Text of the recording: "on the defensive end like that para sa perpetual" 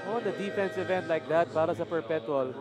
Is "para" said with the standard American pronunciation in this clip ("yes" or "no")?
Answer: no